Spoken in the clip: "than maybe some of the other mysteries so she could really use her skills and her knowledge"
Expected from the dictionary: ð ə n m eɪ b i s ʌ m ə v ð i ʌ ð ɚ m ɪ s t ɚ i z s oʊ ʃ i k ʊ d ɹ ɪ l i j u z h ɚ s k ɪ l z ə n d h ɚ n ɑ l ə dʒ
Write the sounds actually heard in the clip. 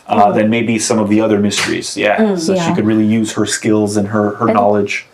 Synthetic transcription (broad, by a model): ð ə n m eɪ b i s ʌ m ə v ð i ʌ ð ɚ m ɪ s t ɚ i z s oʊ ʃ i k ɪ d ɹ ɪ l i j u z h ɚ s k ɪ l z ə n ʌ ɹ ɚ n ɑ l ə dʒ